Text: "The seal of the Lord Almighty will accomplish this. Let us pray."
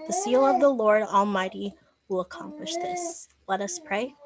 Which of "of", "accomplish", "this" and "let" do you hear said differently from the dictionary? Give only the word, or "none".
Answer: none